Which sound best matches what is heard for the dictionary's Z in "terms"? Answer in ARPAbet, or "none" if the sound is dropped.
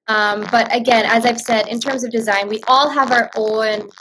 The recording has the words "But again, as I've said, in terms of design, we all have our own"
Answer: Z